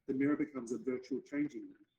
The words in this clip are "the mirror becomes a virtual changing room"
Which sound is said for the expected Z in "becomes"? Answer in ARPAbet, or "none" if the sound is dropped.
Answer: Z